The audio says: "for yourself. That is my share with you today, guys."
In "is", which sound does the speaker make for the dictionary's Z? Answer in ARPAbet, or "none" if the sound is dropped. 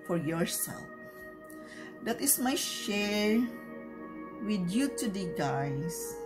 S